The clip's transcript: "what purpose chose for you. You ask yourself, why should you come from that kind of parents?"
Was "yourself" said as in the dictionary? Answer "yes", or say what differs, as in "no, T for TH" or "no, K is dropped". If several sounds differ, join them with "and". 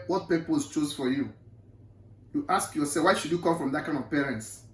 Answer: no, L is dropped